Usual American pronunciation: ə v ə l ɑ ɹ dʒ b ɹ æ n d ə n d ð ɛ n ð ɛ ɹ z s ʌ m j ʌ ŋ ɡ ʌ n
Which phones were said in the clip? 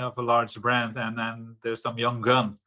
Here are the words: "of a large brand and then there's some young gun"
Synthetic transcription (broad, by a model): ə v ə l ɑ ɹ dʒ b ɹ æ n d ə n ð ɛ n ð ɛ ɹ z s ʌ m j ʌ ŋ ɡ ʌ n